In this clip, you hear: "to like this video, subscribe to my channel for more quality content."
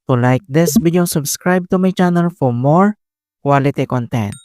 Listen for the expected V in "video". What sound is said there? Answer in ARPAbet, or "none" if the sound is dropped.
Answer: B